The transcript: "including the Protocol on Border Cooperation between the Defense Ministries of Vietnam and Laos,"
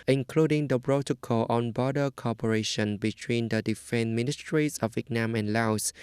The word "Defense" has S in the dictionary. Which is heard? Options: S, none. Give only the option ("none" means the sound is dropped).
none